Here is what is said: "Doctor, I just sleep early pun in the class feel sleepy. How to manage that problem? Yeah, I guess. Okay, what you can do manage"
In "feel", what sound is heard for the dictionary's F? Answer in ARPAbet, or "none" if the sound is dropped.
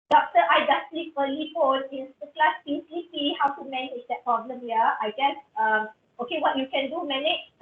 P